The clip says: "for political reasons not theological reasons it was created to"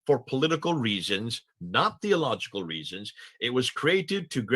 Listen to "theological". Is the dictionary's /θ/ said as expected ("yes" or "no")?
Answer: yes